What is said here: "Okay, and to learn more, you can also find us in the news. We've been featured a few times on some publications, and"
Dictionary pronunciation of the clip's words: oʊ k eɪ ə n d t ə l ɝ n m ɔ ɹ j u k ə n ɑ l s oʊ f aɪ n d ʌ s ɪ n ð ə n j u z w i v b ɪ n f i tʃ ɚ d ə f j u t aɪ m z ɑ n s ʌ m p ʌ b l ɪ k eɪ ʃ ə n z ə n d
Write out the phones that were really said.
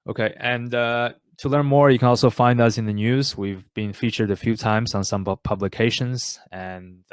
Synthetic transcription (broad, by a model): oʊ k eɪ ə n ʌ t ə l ɝ n m ɔ ɹ j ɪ k ə n ɑ l s oʊ f aɪ n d ʌ s ɪ n ð ə n j u z w i v b ɪ n f i tʃ ɚ d ə f j u t aɪ m z n s ʌ m p ʌ b l ɪ k eɪ ʃ ə n z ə n